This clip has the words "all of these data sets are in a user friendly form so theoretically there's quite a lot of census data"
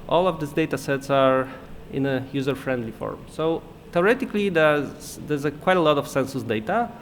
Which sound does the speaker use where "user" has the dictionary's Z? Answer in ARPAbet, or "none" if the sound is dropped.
Z